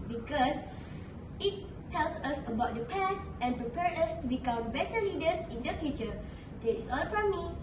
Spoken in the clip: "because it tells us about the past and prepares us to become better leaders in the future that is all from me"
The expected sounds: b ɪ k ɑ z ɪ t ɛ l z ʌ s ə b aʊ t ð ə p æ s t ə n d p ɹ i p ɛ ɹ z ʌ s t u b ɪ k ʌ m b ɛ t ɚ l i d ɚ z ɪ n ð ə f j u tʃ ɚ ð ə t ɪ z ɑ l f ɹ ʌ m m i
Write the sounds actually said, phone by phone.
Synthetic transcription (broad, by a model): b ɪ k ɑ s ɪ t ɛ l s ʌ s ə b aʊ t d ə p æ s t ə n p ɹ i p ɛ ɹ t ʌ s t u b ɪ k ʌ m b ɛ t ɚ l i d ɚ s ɪ n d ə f j u tʃ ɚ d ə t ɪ s ɑ l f ɹ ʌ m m i